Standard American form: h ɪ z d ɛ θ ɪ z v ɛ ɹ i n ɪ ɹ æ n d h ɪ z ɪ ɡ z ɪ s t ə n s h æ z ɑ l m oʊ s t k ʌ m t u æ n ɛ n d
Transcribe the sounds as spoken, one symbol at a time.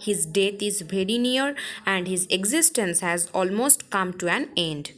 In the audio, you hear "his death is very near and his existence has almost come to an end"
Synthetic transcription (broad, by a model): h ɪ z d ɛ t ɪ z b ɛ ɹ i n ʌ ɹ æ n d h ɪ z ɪ ɡ z ɪ s t ə n s h æ z ɑ l m oʊ s t k ʌ m t u æ n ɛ n d